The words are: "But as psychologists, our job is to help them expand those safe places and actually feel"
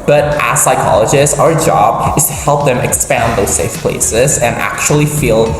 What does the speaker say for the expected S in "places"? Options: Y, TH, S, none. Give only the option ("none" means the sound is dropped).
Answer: S